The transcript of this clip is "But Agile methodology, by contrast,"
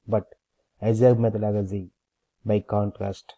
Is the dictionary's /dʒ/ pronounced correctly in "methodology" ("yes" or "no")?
no